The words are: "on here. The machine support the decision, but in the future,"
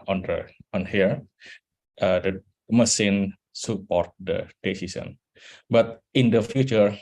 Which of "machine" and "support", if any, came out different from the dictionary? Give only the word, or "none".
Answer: machine